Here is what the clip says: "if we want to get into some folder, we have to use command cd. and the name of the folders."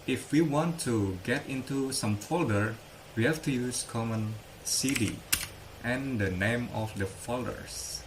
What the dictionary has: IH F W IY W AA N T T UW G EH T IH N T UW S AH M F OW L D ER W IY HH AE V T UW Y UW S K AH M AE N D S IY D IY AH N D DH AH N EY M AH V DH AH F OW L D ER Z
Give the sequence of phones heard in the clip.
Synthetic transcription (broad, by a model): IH F W IY W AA N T T UW G EH T IH N T UW S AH M F OW L D ER W IY HH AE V T UW Y UW S K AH M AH N S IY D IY AH N D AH N EY M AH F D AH F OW L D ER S